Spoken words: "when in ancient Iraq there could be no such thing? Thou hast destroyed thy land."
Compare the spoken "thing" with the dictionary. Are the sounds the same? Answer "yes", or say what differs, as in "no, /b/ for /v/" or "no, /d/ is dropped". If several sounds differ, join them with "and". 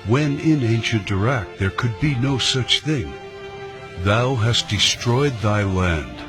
yes